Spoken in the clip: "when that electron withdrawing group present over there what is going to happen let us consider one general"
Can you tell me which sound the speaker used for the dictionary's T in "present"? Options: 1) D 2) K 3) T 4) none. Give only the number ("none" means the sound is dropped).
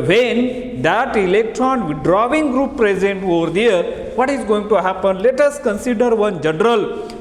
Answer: 3